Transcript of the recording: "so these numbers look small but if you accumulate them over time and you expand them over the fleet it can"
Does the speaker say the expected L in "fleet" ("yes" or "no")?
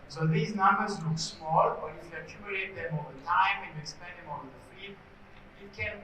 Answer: no